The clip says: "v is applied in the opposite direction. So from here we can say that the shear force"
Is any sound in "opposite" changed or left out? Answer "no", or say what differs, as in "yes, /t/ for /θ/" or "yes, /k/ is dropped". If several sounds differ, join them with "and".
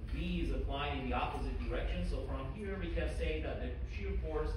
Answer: no